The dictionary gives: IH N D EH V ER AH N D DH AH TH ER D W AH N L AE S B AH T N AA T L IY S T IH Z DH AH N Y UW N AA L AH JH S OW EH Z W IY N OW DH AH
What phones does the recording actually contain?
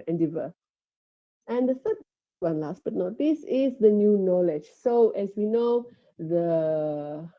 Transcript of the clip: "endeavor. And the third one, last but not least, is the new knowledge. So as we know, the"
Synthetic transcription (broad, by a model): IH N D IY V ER AH N D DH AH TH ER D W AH N L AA S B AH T N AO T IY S IH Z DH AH N Y UW N AA L AH JH S OW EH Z W IY N OW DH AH